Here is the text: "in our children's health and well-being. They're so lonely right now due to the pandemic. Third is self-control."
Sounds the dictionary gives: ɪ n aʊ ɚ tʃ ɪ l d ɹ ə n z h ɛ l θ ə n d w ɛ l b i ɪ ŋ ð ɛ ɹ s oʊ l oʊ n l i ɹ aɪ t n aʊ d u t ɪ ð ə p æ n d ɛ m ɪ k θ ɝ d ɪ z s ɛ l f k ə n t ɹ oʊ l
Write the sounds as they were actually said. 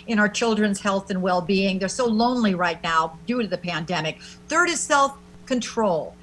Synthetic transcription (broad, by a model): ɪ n aʊ ɚ tʃ ɪ l d ɹ ə n z h ɛ l θ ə n w ɛ l b i ɪ ŋ ð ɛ ɹ s oʊ l oʊ n l i ɹ aɪ t n aʊ d u t ɪ ð ə p æ n d ɛ m ɪ k θ ɝ d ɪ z s ɛ l f k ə n t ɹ oʊ l